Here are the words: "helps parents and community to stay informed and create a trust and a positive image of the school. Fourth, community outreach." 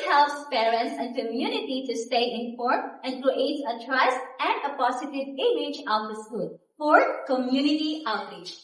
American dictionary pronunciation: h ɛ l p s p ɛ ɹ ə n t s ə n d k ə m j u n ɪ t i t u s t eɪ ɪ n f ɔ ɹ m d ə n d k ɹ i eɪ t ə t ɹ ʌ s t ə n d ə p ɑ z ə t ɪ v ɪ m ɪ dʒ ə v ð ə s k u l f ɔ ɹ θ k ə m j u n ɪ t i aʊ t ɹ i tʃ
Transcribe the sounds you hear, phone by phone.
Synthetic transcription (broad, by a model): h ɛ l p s p ɛ ɹ ə n t s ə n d k ə m j u n ɪ t i t u s t eɪ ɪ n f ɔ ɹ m ə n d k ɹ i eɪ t ə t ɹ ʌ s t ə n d ə p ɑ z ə t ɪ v ɪ m ɪ dʒ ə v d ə s k u l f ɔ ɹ k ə m j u n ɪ t i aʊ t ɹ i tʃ